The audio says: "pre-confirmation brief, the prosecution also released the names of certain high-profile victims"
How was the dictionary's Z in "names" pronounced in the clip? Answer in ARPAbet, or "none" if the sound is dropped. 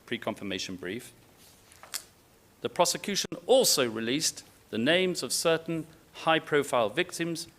Z